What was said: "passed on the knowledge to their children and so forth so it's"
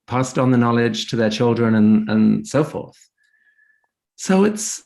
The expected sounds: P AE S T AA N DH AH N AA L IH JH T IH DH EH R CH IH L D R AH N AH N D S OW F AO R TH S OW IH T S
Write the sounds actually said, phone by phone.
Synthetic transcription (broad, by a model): P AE S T N DH AH N AA L IH JH T IH DH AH R CH IH L D R AH N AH N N S OW F AO R TH S OW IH T S